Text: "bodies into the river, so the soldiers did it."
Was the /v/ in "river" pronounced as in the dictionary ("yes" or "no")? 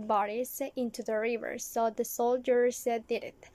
yes